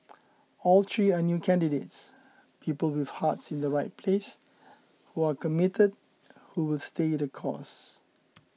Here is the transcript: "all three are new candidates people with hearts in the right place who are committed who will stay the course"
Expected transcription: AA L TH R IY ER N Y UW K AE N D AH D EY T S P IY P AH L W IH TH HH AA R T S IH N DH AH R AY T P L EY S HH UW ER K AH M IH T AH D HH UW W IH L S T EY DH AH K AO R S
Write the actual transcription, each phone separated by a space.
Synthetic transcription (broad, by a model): AA L T R IY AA N Y UW K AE N D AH D EY T S P IY P AH L W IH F HH AA T S IH N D AH R AY T P L EY S HH UW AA K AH M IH T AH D HH UW W IH L S T EY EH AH K AO S